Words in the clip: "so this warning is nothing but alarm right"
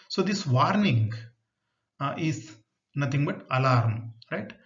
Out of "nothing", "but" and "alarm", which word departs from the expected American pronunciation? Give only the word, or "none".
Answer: nothing